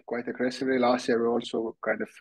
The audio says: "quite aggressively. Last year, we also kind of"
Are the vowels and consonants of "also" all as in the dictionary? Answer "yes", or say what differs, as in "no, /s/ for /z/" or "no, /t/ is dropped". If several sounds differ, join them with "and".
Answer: yes